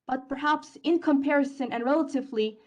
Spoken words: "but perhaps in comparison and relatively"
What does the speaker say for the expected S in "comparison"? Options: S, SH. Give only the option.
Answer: S